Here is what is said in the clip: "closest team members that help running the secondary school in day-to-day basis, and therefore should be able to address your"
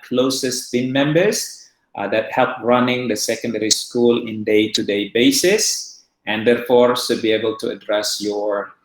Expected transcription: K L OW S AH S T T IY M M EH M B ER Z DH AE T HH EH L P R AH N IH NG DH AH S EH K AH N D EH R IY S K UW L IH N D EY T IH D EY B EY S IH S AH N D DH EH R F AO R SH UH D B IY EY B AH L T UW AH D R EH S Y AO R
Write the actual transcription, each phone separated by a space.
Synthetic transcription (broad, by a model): K L OW S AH S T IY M M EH M B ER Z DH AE T HH EH L P R AH N IH NG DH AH S EH K AH N D EH R IY S K UW L IH N D EY T IH D EY B EY S IH S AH N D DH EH R F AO R S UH B IY EY B AH L T UW AH D R EH S Y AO R